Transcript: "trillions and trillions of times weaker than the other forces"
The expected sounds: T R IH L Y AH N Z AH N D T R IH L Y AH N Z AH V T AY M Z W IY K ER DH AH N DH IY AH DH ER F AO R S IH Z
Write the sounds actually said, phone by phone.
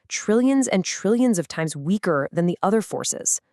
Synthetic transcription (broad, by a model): T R IH L Y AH N Z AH N T R IH L Y AH N Z AH V T AY M Z W IY K ER DH AH N DH IY AH DH ER F AO R S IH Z